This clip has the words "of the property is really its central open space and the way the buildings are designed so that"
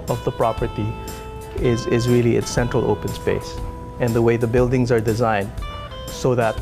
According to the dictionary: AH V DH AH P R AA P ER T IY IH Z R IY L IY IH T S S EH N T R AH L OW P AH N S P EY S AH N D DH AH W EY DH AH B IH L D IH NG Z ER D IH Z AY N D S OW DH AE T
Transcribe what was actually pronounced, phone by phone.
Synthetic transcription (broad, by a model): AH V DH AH P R AA P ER T IY IH Z R IY L IY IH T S S EH N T R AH L OW P AH N S P EY S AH N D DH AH W EY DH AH B IH L D IH NG Z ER D IH Z AY N D S OW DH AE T